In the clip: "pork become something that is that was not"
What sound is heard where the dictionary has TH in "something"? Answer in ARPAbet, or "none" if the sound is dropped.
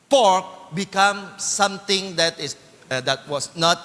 T